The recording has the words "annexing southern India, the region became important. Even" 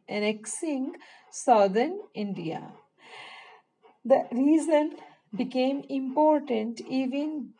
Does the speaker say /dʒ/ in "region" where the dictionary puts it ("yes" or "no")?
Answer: no